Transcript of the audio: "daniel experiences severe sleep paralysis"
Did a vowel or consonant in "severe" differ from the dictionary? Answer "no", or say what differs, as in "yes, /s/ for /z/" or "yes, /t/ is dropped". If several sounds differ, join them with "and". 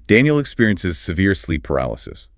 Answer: no